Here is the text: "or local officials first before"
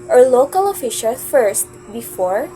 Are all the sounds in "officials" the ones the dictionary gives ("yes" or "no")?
no